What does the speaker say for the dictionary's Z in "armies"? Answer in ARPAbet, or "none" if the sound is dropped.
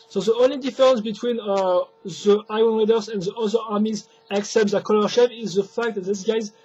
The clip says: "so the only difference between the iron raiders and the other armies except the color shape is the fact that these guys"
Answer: Z